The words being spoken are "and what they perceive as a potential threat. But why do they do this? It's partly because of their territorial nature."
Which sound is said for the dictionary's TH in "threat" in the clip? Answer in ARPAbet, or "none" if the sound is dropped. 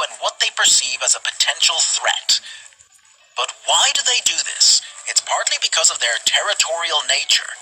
TH